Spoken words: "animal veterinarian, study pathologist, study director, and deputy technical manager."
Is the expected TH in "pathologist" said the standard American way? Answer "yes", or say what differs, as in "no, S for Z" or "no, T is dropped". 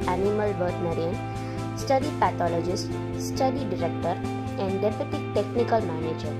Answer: no, T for TH